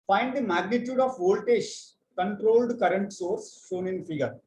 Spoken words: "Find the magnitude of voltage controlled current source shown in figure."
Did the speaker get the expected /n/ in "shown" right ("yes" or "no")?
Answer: yes